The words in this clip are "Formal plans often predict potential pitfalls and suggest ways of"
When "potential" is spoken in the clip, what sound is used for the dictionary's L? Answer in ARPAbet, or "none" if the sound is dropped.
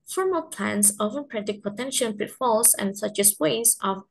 N